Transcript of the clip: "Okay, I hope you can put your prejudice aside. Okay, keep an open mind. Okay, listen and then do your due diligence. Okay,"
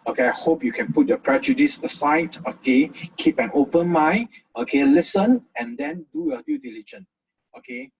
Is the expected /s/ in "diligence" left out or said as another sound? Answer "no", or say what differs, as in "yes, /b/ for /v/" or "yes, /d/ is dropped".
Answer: yes, /s/ is dropped